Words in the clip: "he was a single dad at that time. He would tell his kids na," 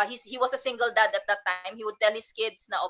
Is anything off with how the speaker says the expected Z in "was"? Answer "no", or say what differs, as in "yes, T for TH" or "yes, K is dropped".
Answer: yes, S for Z